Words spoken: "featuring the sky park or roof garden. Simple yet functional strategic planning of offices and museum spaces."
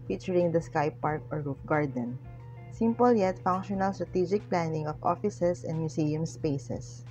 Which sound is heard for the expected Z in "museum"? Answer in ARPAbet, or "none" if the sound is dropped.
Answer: S